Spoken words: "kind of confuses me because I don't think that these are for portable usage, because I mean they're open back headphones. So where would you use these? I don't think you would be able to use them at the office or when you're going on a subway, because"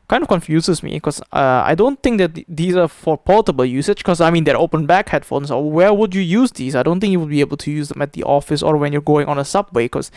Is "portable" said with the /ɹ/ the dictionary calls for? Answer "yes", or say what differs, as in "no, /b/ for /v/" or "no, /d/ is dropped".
no, /l/ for /ɹ/